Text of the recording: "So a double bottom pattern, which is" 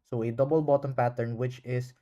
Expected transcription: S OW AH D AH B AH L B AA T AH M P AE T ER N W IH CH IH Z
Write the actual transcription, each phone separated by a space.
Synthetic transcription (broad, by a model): S OW AH D AH B AH L B AA T AH M P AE T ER N W IH CH IH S